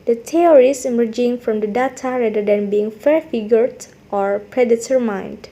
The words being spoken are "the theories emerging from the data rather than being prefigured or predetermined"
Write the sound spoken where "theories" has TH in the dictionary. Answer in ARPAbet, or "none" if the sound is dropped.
T